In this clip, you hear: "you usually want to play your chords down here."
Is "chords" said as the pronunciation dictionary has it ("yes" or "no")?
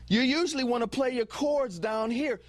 yes